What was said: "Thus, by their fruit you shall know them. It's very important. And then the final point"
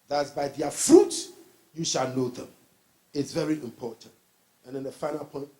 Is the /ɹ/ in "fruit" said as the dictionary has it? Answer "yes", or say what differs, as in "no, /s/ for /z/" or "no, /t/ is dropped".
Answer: yes